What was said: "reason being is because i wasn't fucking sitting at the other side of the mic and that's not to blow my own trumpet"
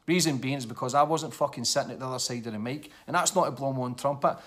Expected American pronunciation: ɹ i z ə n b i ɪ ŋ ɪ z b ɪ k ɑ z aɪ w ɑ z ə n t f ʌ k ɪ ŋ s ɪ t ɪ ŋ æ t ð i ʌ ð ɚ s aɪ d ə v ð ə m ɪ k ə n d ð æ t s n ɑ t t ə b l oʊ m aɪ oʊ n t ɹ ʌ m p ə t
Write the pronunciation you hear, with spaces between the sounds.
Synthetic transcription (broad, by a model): ɹ i z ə n b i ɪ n ɪ z b ɪ k ɑ z aɪ w ɑ z ə n t f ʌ k ɪ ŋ s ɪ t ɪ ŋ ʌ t ð i ʌ ð ɚ s aɪ d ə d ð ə m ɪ k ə n ð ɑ t s n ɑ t t ə b l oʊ m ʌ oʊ n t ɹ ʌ m p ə t